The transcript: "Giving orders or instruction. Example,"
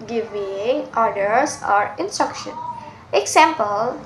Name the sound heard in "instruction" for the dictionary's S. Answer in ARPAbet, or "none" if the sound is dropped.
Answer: S